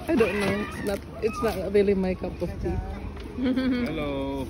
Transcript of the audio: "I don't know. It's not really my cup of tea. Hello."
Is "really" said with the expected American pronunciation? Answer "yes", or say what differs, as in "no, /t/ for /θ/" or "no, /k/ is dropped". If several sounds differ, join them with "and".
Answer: yes